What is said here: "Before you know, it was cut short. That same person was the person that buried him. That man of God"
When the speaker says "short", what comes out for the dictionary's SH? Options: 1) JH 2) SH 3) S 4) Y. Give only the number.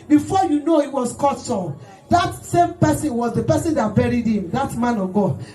3